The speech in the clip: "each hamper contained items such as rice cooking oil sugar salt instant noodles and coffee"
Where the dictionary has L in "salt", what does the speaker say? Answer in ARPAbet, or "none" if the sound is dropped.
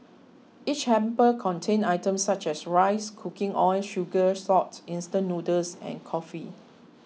none